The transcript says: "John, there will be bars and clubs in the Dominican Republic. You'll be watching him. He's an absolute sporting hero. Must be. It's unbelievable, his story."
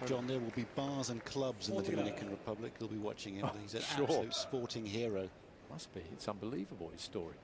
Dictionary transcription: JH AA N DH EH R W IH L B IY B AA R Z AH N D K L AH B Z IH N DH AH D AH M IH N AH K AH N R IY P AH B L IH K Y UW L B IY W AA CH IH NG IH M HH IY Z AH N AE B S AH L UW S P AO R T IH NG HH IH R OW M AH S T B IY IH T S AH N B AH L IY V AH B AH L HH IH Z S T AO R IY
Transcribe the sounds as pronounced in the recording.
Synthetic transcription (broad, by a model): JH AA N DH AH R W IH L B IY B AA Z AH N K L AH B Z IH N DH AH D AH M IH N AH K AH N R IY P AH B L IH K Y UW L B IY W AA CH IH NG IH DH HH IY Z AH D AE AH UH S P AO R T IH NG HH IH R OW M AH S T B IY IH T S AH N B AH L IY V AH B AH L HH IH Z S T AO R IY